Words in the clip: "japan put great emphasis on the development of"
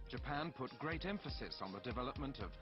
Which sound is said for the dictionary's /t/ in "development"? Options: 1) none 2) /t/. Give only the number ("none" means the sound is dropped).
2